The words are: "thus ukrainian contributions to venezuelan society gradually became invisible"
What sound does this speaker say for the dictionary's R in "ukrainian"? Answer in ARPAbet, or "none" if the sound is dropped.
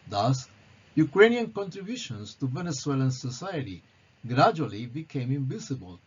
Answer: R